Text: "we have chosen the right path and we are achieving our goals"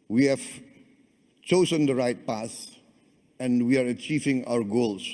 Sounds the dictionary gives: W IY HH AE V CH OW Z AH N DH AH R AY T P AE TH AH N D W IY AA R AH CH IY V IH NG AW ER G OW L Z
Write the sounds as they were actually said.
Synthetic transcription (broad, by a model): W IY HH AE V CH OW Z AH N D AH R AY T P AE S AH N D W IY AA R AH CH IY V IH NG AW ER G OW L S